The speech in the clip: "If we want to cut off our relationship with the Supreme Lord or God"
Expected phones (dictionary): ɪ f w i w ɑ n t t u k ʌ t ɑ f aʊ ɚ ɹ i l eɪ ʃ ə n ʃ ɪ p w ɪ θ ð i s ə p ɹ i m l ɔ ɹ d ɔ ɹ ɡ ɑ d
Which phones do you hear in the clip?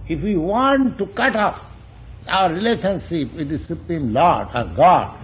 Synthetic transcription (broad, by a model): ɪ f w i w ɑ n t t u k ʌ t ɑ p aʊ ɚ ɹ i l eɪ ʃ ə n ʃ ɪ p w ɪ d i s ə p ɹ i m l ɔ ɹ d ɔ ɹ ɡ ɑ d